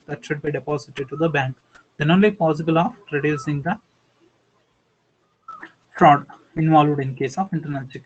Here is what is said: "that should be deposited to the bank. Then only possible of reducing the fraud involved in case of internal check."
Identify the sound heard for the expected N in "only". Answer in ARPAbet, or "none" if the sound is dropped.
N